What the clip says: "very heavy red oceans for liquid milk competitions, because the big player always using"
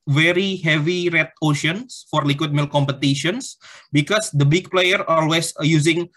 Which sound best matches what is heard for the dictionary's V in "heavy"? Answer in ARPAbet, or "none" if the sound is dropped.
V